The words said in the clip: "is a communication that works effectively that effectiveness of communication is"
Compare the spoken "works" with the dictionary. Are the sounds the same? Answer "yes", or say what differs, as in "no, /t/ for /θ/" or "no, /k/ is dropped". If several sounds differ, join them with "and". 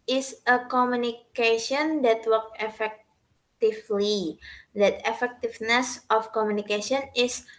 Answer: no, /s/ is dropped